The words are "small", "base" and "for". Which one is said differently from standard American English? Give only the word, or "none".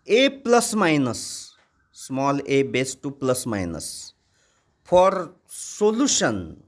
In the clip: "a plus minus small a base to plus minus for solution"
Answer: for